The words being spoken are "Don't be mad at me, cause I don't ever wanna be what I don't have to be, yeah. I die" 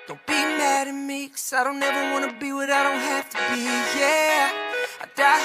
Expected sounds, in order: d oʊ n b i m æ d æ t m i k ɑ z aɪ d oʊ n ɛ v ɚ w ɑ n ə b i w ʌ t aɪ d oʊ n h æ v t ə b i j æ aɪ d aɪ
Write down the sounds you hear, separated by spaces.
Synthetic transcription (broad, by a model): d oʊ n b i m æ d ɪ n m i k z aɪ d oʊ n ɛ v ɚ w ɑ n ə b i w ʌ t aɪ d oʊ n h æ f t ə b i j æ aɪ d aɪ